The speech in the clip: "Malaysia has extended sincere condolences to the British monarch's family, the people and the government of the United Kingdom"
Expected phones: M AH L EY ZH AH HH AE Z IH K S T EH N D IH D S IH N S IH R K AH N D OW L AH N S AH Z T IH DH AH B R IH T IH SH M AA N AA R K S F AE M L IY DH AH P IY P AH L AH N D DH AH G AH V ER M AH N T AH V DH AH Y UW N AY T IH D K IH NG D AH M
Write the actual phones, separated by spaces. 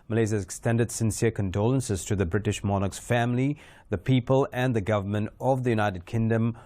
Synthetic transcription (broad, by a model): M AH L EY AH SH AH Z IH K S T EH N D IH D S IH N S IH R K AH N D OW L AH N S AH Z T IH DH AH B R IH T IH SH M AA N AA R K S F AE M L IY DH AH P IY P AH L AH N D DH AH G AH V ER M AH N T AH V DH AH Y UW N AY T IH D K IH NG D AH M